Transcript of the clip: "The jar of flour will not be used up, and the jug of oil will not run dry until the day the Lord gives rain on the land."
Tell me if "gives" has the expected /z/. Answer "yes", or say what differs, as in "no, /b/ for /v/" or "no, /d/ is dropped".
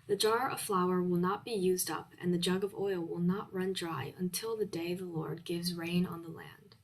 yes